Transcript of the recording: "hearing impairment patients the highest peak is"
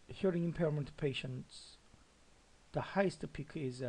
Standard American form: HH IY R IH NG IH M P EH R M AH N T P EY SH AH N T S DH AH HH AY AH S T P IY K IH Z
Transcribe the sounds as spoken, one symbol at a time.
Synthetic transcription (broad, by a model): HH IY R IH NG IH M P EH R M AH N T P EY SH AH N T S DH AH HH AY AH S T P IY K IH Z